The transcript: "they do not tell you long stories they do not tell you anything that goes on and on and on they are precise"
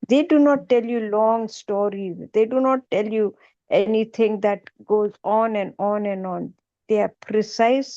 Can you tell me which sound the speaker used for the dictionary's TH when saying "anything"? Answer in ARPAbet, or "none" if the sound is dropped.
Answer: T